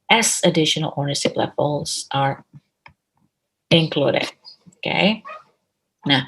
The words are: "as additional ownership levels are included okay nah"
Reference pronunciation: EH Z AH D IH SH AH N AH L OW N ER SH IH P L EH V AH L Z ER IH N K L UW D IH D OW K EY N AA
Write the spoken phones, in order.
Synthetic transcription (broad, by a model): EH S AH D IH SH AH N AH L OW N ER S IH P L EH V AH L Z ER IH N K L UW D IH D OW K EY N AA